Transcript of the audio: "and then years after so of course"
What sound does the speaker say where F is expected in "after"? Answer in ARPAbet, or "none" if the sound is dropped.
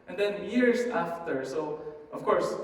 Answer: F